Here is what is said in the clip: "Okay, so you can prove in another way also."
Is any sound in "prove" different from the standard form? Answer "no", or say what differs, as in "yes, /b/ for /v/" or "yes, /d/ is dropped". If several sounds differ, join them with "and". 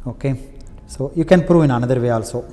no